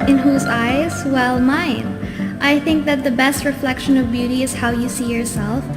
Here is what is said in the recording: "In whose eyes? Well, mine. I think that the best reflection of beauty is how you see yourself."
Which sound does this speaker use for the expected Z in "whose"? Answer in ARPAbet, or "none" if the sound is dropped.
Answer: Z